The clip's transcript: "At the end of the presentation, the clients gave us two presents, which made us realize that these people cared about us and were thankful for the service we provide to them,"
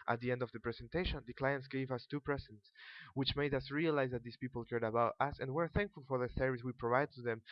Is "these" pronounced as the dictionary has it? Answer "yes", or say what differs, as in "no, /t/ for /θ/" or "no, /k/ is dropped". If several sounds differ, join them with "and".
no, /s/ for /z/